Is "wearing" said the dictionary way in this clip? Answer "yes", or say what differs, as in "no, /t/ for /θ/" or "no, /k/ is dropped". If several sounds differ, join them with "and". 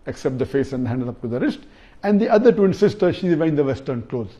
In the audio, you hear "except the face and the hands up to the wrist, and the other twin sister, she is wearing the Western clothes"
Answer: no, /ɹ/ is dropped